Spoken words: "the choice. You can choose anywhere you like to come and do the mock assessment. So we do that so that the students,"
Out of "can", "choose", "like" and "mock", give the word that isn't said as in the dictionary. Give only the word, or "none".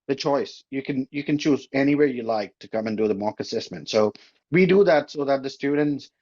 none